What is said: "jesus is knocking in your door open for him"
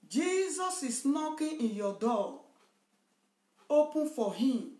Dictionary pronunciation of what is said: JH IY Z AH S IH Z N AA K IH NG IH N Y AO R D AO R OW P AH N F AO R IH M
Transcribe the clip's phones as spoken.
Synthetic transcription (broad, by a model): JH IY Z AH S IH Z N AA K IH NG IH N Y AO D AO L OW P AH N F AO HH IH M